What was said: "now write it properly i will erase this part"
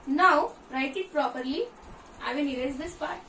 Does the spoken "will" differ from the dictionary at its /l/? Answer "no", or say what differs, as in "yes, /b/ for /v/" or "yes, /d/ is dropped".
yes, /n/ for /l/